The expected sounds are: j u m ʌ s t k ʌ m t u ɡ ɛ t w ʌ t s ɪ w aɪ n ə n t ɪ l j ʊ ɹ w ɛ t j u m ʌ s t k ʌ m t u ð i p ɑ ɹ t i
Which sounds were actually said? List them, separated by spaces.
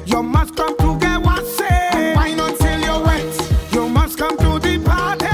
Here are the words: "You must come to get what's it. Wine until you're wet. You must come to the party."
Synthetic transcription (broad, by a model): j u m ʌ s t k ʌ m t u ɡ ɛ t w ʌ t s ɪ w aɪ n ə t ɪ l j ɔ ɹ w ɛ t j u m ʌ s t k ʌ m t u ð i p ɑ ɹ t